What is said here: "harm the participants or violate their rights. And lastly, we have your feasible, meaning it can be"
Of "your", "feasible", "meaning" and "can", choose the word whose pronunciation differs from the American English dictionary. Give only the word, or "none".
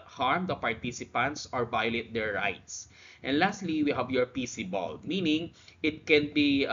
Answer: feasible